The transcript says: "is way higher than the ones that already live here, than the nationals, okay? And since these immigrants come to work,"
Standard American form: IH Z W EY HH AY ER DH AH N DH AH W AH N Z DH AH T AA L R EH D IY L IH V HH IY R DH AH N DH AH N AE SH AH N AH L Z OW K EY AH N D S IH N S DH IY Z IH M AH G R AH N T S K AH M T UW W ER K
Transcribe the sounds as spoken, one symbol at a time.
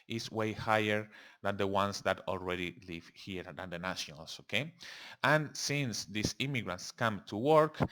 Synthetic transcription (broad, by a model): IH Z W EY HH AY ER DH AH N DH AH W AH N S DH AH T AA L R EH D IY L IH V HH IY R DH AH N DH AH N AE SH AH N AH L S OW K EY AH N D S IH N S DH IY S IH M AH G R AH N T S K AH M T UW W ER K